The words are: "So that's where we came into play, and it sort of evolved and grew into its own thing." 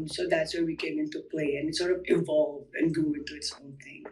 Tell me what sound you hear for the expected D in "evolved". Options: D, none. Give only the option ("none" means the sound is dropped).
none